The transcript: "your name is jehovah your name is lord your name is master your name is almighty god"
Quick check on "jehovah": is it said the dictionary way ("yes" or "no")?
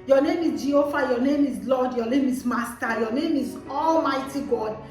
no